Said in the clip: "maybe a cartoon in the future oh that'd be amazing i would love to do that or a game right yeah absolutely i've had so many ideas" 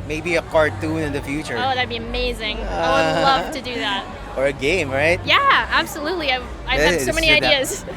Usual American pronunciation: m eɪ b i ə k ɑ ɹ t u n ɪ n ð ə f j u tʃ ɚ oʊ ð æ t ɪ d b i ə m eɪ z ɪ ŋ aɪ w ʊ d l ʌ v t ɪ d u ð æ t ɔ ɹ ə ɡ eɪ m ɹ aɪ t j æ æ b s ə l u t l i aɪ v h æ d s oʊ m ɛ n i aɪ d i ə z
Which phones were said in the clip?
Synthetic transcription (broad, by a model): m eɪ b i ə k ɑ ɹ t u n ɪ n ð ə f j u tʃ ɚ oʊ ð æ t b i ə m eɪ z ɪ ŋ aɪ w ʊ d l ʌ v t ɪ d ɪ ð æ t ɔ ɹ ə ɡ eɪ m ɹ aɪ t j æ æ b s ə l u t l i aɪ v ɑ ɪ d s oʊ m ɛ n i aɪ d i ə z